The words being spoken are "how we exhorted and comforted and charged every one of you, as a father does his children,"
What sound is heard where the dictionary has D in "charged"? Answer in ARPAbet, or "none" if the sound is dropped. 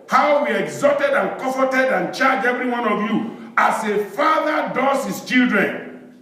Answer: none